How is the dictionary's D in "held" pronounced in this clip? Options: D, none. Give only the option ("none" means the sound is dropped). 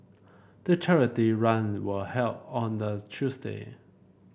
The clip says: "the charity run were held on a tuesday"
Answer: none